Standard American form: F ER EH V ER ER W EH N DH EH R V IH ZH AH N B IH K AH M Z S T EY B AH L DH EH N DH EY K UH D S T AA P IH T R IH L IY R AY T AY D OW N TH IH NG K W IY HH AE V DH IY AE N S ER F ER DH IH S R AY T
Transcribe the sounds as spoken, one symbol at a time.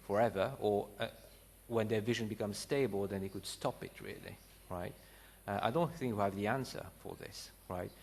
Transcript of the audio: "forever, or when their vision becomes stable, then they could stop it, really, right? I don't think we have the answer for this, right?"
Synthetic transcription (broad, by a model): F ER EH V ER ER W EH N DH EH R V IH ZH AH N B IH K AH M Z S T EY B AH L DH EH N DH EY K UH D S T AA P IH T R IH L IY R AY T AY D OW N TH IH NG K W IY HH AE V DH IY AE N S ER F ER DH IH S R AY T